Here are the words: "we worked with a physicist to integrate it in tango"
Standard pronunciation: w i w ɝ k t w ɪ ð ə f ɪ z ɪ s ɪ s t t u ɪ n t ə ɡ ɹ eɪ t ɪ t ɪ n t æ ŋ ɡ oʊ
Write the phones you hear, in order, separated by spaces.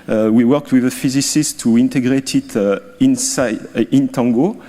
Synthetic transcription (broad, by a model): w i w ɝ k t w ɪ ð ə f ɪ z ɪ s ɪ s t t u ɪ n t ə ɡ ɹ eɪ t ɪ t ɪ n t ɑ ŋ ɡ oʊ